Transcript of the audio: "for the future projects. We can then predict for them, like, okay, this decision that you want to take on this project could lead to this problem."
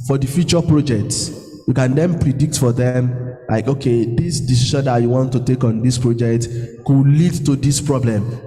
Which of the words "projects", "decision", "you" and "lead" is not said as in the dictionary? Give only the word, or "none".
decision